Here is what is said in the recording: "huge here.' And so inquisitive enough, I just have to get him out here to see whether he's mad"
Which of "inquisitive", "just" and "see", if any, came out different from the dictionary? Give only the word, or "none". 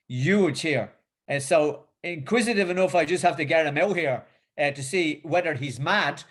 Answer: none